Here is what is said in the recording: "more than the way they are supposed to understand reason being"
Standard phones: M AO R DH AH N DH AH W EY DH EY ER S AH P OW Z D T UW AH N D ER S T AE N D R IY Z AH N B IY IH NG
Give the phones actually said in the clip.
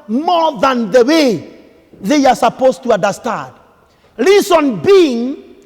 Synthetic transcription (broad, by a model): M AO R DH AH N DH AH W EY DH EY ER S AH P OW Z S T UW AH N D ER S T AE N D L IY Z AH N B IY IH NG